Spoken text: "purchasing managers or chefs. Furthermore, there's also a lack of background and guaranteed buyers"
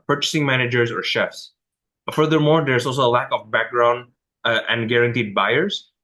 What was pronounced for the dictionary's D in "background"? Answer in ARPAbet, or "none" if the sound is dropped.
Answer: D